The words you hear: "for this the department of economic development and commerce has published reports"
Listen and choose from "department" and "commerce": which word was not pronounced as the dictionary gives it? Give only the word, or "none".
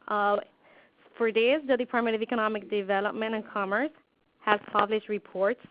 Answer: department